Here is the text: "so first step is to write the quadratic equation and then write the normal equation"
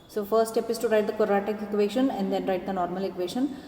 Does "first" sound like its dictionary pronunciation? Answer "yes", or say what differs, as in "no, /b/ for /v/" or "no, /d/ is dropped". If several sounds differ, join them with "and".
no, /s/ is dropped